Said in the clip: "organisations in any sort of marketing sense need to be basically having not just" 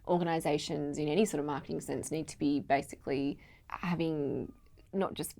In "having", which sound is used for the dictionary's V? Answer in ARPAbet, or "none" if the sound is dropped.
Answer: V